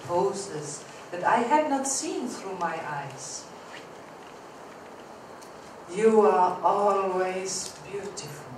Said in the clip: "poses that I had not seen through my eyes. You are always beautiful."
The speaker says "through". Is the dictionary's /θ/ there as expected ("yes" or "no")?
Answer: yes